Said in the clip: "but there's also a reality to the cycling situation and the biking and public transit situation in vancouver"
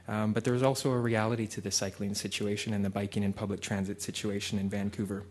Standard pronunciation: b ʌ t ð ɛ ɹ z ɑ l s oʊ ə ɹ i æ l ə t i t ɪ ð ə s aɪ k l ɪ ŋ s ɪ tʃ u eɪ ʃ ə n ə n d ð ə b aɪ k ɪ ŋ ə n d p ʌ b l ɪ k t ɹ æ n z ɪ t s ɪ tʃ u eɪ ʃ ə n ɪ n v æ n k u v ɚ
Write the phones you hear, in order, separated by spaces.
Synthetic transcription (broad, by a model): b ʌ t ð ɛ ɹ z ɑ l s oʊ ə ɹ i æ l ə t i t ɪ ð ə s aɪ k l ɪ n s ɪ tʃ u eɪ ʃ ə n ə n ð ə b aɪ k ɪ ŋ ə n p ʌ b l ɪ k t ɹ æ n z ɪ t s ɪ tʃ u eɪ ʃ ə n ɪ n v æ n k u v ɚ